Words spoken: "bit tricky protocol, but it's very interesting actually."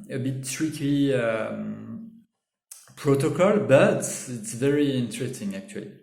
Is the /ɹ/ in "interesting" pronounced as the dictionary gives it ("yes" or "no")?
yes